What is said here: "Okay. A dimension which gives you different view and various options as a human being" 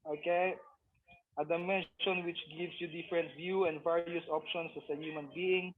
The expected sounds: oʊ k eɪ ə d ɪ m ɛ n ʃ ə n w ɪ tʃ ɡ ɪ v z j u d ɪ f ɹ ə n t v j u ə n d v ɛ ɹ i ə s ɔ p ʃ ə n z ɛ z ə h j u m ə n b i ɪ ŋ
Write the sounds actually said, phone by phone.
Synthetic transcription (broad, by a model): oʊ k eɪ ə d ɪ m ɛ n ʃ ə n w ɪ tʃ ɡ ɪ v s j u d ɪ f ɹ ə n t v j u ə n d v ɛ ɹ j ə s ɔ p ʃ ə n s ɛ s ə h j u m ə n b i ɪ ŋ